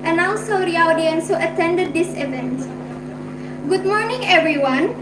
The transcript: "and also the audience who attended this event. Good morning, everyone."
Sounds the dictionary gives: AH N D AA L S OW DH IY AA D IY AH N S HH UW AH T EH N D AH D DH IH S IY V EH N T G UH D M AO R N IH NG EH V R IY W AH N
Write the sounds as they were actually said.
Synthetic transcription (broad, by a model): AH N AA N S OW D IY AA D IY AH N S HH UW AH T EH N D AH D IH S IY V EH N T G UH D M AO R N IH NG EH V R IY W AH N